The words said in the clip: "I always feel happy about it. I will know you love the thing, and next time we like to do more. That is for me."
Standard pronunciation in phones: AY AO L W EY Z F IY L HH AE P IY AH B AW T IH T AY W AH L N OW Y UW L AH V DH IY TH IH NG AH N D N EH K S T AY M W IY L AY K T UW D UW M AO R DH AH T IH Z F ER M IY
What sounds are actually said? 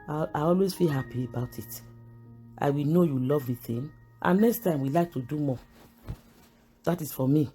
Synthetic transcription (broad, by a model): AY AO L W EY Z F IY L HH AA P IY AH B AW T IH T AY W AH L N OW Y UW L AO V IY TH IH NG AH N N EH K S T AY M W IY L AY K T UW D UW M AO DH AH T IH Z F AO M IY